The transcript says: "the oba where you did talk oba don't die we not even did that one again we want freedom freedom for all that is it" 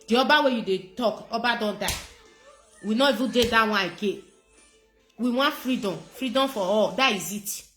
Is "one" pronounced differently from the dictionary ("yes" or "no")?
yes